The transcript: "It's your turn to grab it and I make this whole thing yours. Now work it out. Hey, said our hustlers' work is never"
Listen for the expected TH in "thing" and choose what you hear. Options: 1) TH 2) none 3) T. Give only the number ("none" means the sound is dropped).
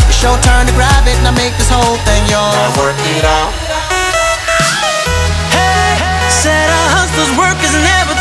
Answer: 1